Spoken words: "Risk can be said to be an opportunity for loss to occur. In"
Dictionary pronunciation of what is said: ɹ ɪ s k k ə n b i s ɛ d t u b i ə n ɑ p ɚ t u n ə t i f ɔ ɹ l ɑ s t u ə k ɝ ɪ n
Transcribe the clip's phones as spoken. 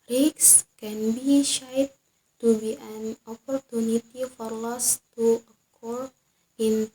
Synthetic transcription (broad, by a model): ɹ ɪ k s k ə n b i ʃ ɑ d t u b i ə n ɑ p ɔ t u n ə t i f ɔ ɹ l ɑ s t u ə k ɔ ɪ n